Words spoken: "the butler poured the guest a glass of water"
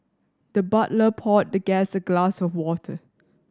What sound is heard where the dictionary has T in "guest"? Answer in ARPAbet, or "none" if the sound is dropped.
none